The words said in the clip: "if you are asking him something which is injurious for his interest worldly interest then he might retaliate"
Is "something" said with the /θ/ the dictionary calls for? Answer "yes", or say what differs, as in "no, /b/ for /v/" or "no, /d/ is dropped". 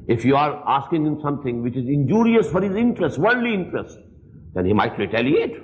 no, /t/ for /θ/